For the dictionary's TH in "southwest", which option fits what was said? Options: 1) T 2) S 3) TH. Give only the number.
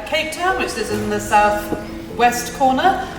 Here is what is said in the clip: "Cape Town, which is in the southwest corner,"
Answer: 3